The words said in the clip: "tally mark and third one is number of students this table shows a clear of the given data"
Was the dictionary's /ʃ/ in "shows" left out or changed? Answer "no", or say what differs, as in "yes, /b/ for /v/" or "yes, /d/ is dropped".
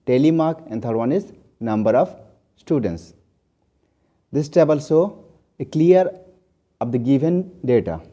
yes, /s/ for /ʃ/